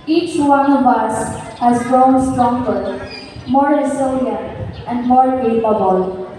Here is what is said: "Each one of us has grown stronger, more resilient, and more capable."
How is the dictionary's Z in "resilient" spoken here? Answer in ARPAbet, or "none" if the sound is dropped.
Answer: S